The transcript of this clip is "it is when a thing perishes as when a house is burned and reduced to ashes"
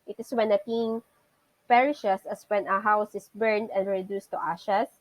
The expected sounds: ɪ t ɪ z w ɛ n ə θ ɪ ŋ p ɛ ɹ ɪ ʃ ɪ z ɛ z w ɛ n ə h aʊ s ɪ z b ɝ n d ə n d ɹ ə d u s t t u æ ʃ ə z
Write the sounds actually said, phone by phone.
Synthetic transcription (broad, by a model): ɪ t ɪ s w ɛ n ə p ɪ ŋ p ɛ ɹ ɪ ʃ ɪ s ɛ s w ɛ n ə h aʊ s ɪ s b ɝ n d ə n d ɹ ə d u s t t u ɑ ʃ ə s